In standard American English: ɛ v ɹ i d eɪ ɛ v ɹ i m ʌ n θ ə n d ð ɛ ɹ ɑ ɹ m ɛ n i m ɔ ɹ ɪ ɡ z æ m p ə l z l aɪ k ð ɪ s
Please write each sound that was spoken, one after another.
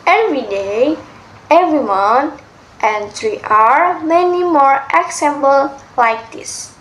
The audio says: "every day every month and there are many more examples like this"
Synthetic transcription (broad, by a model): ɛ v ɹ i d eɪ ɛ v ɹ i m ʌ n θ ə n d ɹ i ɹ ɑ ɹ m ɛ n i m ɔ ɹ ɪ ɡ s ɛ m b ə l l aɪ k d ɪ s